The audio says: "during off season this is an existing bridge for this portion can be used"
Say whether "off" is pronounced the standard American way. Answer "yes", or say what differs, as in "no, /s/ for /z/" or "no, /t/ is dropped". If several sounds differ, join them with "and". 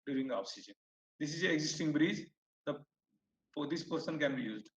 no, /p/ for /f/